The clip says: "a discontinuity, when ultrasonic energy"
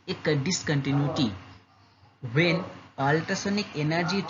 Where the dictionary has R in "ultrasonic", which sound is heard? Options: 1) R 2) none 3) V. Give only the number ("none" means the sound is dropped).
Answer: 2